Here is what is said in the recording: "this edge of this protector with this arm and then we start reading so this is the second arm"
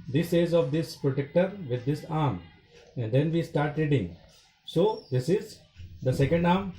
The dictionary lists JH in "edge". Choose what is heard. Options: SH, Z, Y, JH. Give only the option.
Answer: Z